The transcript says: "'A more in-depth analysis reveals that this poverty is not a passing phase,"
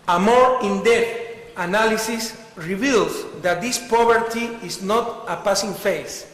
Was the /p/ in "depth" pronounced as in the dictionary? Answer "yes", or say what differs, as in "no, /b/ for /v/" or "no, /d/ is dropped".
no, /p/ is dropped